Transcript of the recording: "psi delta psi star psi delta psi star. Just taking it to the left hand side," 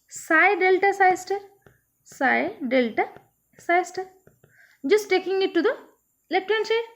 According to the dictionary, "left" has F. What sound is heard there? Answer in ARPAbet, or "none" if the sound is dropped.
none